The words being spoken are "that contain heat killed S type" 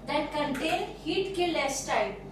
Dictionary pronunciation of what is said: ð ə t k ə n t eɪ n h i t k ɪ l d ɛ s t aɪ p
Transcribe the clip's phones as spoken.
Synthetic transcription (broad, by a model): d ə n k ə n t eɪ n h i t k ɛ l ɛ s t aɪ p